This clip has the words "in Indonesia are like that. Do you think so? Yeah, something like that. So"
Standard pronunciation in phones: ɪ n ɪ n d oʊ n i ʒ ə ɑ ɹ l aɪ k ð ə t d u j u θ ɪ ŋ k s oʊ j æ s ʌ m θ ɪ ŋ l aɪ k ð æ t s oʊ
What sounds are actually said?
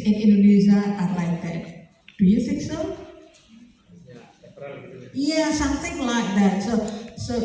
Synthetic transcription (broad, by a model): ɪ n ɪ n d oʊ n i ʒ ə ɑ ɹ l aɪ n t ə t d u j u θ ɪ k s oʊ j æ s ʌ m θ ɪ ŋ l aɪ k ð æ t s oʊ